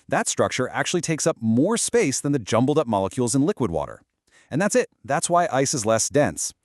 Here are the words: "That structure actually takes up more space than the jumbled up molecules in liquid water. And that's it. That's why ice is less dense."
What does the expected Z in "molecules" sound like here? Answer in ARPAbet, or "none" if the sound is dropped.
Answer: Z